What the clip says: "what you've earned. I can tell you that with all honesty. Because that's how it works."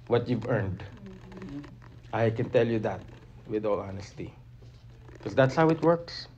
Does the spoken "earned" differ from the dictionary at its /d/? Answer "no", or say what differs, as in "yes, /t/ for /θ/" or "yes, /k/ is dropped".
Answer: no